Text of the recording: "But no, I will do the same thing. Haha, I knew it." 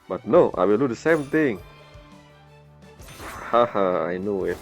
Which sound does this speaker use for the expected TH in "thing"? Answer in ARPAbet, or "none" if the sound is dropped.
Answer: T